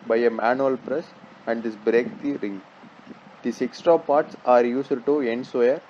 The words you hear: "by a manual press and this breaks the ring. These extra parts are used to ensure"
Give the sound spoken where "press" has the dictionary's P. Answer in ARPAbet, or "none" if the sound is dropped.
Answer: P